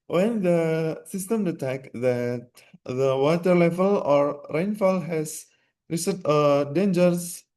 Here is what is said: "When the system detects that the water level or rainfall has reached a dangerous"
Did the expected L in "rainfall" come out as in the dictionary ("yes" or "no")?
yes